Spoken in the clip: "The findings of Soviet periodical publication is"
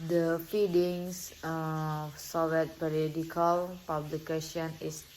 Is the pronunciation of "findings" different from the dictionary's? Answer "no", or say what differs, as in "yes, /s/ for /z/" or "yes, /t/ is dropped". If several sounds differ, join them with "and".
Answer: yes, /n/ is dropped and /s/ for /z/